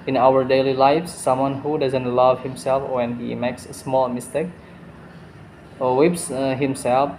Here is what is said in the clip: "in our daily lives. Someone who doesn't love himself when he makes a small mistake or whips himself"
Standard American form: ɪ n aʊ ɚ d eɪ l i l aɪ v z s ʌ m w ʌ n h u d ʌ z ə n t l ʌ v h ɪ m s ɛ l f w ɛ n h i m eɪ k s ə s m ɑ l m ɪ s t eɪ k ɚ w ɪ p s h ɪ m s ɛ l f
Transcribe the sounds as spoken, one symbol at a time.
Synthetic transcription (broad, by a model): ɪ n aʊ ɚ d eɪ l i l aɪ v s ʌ m w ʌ n h u d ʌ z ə n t l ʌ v h ɪ m s ɛ l f w ɛ n h i m eɪ k s ə s m ɑ l m ɪ s t eɪ k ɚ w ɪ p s h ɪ m s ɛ l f